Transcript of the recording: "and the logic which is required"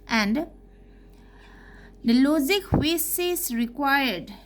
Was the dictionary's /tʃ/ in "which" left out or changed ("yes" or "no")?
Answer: yes